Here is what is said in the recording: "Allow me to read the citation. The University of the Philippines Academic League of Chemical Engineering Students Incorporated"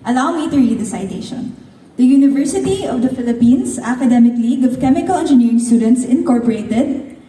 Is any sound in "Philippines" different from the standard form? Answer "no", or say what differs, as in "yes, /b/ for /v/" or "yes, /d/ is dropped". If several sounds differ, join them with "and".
yes, /s/ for /z/